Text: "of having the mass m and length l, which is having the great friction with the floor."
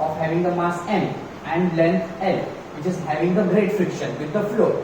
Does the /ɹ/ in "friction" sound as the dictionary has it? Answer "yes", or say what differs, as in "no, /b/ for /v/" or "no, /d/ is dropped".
yes